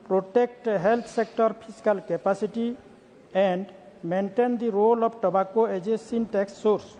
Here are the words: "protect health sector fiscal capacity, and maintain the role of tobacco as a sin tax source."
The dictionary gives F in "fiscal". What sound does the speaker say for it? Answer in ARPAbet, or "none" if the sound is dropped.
P